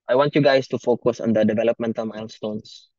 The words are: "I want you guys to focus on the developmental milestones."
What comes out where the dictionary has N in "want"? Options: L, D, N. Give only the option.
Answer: N